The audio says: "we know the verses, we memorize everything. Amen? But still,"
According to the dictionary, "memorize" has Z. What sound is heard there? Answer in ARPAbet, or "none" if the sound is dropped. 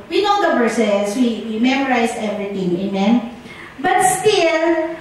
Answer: S